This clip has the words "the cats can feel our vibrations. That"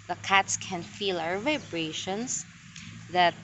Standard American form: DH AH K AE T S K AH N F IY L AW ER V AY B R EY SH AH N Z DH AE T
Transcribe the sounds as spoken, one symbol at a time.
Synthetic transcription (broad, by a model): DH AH K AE T S K AH N F IY L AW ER V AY B R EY SH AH N S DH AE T